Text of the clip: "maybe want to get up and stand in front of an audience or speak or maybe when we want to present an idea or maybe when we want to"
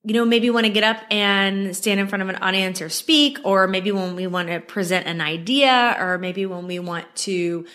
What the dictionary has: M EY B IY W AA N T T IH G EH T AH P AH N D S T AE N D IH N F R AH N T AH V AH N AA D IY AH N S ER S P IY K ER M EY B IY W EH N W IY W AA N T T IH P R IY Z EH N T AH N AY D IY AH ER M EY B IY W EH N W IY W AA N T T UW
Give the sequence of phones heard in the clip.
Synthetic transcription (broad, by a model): M EY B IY W AA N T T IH G EH T AH P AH N S T AE N D IH N F R AH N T AH V AH N AA D IY AH N S ER S P IY K ER M EY B IY W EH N W IY W AA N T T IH P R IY Z EH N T AH N AY D IY AH ER M EY B IY W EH N W IY W AA N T T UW